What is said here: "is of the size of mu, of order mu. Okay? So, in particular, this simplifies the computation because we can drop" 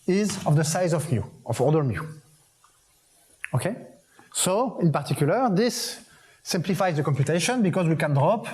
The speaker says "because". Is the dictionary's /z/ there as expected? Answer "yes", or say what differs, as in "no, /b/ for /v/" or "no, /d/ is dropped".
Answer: yes